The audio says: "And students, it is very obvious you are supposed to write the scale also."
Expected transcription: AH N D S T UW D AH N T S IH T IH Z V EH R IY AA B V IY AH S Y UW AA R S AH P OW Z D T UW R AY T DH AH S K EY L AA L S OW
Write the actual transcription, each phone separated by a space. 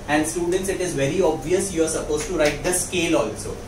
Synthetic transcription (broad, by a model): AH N D S T UW D AH N T S IH T IH Z V EH R IY AA B V IY AH S Y UW AA R S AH P OW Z T UW R AY T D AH S K EY L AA L S OW